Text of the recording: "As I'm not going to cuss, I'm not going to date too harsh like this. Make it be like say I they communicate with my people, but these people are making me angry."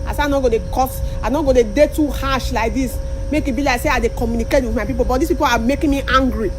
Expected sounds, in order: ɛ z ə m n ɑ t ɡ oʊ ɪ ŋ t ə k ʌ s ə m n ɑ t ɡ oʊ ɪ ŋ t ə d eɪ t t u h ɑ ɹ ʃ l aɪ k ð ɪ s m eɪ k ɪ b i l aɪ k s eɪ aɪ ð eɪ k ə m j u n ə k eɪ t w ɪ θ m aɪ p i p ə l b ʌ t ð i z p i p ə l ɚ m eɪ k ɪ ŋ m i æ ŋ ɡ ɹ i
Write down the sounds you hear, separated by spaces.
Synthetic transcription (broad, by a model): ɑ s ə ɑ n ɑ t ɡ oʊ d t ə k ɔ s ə n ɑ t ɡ oʊ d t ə d eɪ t t u h ɑ ʃ l aɪ k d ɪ s m eɪ k ɪ b i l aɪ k s eɪ aɪ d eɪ k ə m j u n ə k eɪ t w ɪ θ m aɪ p i p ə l b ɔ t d i s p i p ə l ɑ m eɪ k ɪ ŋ m i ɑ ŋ ɡ ɹ i